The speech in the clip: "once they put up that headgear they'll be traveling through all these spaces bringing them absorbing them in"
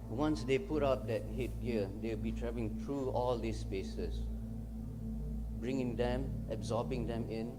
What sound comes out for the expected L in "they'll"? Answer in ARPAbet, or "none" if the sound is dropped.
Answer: W